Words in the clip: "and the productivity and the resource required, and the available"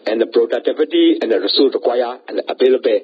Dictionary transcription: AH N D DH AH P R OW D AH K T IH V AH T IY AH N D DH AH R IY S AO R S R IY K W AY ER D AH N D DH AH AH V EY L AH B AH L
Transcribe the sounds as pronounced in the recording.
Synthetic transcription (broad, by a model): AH N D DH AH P R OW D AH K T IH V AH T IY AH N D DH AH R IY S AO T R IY K W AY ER AH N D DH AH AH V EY L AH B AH